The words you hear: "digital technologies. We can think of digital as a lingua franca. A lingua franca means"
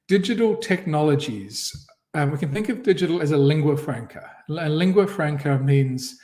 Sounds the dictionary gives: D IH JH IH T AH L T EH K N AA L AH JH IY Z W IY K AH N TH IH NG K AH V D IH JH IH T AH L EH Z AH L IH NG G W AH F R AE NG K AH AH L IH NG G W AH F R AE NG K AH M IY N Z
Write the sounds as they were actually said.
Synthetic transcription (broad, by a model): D IH JH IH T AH L T EH K N AA L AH JH IY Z W IY K AH N TH IH NG K AH V D IH JH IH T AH L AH Z AH L IH NG G W AH F R AE NG K AH AH L IH NG G W AH F R AE NG K AH M IY N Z